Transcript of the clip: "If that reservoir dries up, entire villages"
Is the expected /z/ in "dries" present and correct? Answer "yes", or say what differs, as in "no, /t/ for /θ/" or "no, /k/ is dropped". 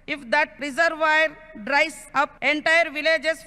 no, /s/ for /z/